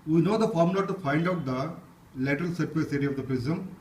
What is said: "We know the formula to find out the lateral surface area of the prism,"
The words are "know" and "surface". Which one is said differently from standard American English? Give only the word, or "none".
surface